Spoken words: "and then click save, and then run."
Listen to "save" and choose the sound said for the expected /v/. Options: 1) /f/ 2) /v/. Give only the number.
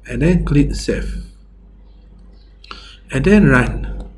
1